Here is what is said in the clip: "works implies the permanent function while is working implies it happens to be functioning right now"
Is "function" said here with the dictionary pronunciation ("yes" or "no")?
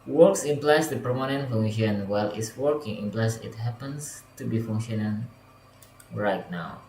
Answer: no